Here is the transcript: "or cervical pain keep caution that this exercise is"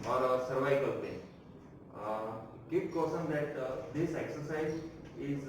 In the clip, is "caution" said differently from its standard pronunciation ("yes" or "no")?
yes